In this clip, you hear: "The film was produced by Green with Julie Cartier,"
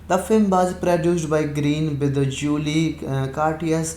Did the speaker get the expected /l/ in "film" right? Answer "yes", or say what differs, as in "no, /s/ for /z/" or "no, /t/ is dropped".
yes